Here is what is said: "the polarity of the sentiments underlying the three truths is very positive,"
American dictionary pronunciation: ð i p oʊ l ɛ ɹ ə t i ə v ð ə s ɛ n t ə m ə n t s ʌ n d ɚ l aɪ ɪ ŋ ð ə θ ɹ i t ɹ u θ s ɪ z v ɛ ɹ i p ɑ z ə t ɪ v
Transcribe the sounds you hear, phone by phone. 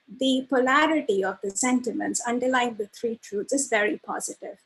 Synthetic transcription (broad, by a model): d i p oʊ l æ ɹ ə t i ə v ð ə s ɛ n t ə m ə n t s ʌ n d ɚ l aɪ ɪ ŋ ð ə t ɹ i t ɹ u t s ɪ z v ɛ ɹ i p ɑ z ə t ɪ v